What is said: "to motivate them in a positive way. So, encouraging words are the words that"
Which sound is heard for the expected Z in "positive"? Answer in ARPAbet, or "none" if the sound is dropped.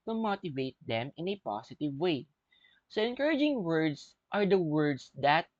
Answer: S